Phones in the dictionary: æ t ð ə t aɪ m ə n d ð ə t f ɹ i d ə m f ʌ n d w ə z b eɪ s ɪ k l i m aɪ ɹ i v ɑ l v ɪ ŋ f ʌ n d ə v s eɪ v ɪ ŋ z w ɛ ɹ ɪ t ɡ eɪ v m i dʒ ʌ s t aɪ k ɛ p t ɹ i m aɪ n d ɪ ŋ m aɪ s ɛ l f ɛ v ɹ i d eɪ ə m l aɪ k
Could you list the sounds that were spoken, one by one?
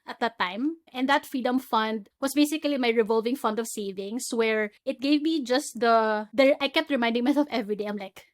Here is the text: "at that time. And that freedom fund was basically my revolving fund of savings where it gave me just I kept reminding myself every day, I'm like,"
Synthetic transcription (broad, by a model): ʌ t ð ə t aɪ m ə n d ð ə t f ɹ i d ə m f ʌ n d w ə s b eɪ s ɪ k l i m aɪ ɹ i v ɑ l v ɪ ŋ f ʌ n d ə v s eɪ v ɪ ŋ s w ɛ ɹ ɪ t ɡ eɪ v m i dʒ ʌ s t aɪ k ɛ p t ɹ i m aɪ n d ɪ ŋ m aɪ s ɛ l f ɛ v ɹ i d eɪ ə m l aɪ k